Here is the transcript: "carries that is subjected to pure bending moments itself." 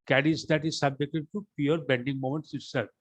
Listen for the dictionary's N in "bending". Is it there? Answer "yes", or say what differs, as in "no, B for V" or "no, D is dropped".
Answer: yes